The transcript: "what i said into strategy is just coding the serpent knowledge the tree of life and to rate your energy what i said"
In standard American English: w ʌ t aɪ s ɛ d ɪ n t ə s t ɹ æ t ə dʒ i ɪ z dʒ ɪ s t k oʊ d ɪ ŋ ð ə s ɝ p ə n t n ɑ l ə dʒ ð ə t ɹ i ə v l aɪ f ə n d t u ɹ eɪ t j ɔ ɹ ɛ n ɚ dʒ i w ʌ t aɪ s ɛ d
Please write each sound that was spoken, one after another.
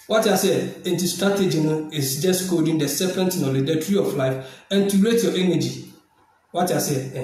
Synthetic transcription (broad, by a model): w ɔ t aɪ s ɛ ɪ n t ə s t ɹ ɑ t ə dʒ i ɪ s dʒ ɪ s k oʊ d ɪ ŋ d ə s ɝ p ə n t n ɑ l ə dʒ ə t ɹ i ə f l aɪ f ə n t u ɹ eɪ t j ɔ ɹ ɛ n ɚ dʒ i w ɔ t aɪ s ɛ